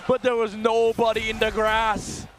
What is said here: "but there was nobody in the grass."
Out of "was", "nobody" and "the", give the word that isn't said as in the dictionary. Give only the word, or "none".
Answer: none